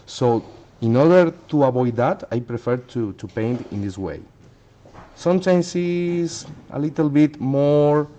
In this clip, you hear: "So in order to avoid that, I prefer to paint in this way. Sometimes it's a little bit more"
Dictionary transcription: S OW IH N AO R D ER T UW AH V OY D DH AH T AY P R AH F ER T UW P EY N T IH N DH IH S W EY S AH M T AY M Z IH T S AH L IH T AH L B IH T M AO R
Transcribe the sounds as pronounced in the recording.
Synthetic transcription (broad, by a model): S OW IH N AO R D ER T UW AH B OY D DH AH T AY P R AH F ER T UW P EY N T IH N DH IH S W EY S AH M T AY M S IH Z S AH L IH T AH L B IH T M AO R